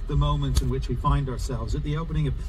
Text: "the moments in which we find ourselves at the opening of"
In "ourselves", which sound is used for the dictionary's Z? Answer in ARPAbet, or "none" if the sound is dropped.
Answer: Z